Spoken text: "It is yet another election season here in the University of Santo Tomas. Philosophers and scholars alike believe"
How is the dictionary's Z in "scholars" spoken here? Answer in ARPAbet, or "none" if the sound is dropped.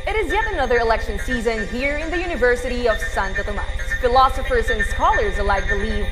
Z